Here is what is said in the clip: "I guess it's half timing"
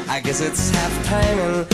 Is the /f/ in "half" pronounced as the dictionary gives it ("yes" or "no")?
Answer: yes